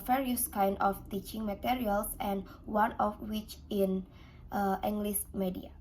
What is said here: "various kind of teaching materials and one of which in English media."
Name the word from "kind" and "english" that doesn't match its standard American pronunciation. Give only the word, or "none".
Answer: english